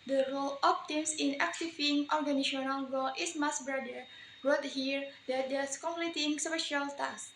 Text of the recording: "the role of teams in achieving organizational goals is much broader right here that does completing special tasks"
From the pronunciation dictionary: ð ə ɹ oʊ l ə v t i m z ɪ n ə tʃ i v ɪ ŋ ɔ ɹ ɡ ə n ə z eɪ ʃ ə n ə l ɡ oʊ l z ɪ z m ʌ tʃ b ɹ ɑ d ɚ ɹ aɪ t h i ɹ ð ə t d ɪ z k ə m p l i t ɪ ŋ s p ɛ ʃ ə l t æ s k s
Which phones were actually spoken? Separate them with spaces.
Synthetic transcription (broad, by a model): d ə ɹ oʊ l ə p t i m s ɪ n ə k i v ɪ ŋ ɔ ɹ ɡ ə n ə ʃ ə n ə l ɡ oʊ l ɪ s m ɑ s b ɹ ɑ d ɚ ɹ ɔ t h i ɹ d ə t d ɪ s k ə m p l i t ɪ ŋ s p ɛ ʃ ə l t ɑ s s